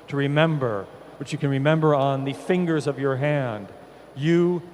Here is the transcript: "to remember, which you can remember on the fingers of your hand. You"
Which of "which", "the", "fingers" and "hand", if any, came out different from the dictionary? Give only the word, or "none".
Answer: none